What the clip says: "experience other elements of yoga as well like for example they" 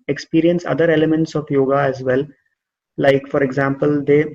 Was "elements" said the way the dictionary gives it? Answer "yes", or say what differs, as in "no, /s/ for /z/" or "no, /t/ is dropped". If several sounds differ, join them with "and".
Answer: yes